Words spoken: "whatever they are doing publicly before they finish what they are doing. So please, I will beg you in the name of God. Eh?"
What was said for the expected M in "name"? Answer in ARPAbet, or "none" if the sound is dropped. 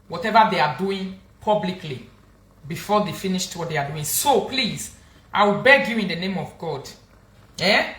M